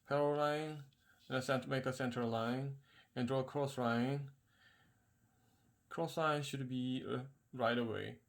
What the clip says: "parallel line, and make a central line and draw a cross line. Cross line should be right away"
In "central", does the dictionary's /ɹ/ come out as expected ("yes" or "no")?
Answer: no